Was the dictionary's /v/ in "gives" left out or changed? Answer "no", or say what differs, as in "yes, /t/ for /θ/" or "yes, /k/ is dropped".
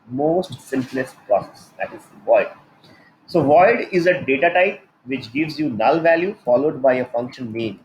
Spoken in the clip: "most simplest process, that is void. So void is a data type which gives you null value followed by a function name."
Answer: no